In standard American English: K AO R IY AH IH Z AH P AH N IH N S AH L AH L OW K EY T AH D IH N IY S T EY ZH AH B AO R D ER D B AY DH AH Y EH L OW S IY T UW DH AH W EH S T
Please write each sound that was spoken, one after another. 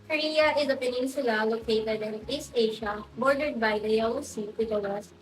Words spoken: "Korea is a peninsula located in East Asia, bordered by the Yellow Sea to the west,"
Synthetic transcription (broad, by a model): K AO R IY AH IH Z AH P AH N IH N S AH L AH L OW K EY T AH D IH N IY S T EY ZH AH B AO R D ER D B AY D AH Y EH OW S IY T UW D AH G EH S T